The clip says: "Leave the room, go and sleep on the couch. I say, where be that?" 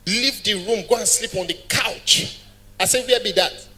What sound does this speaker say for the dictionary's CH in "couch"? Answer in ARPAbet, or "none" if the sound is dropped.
CH